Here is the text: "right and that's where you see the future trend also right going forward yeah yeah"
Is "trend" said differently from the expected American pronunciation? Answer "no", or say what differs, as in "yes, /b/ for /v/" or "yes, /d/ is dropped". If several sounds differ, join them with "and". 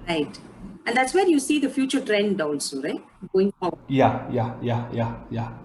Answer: no